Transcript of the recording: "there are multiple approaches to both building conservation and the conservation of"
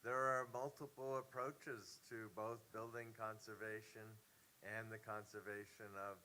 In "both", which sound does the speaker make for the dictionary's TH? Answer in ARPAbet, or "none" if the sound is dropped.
TH